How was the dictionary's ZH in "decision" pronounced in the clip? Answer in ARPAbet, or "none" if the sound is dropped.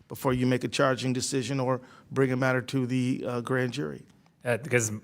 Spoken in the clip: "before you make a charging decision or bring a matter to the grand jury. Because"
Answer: ZH